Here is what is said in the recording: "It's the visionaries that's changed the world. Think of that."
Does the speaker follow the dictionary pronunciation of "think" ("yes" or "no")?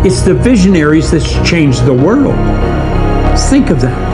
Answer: yes